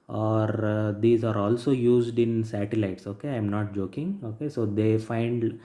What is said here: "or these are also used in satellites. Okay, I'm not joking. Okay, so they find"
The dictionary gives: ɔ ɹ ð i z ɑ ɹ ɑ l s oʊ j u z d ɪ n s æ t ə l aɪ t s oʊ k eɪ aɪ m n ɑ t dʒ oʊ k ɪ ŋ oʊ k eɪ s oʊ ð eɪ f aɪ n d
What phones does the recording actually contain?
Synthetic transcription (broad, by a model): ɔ ɹ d i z ɑ ɹ ɑ l s oʊ j u z d ɪ n s æ t ə l aɪ t s oʊ k eɪ aɪ m n ɑ t dʒ oʊ k ɪ ŋ oʊ k eɪ s oʊ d eɪ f aɪ n d